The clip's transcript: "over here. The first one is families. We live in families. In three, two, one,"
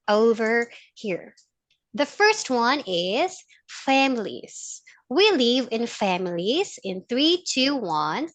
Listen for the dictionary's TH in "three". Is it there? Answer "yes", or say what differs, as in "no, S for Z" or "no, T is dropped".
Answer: yes